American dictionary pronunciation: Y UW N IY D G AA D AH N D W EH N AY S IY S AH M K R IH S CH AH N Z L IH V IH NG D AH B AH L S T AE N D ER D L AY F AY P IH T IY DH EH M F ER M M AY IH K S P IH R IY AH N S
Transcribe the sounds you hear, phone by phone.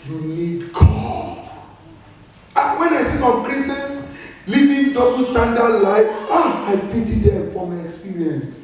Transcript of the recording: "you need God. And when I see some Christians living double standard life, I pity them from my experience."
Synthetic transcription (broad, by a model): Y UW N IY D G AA AH W EH N AY S IY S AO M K R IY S AH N S L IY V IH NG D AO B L S T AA N D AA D L AY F AY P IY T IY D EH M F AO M M AY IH K S P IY R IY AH N S